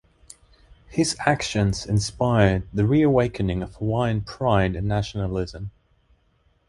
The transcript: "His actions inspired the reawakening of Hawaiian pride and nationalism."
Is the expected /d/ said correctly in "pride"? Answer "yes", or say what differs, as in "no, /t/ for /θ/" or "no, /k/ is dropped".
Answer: no, /d/ is dropped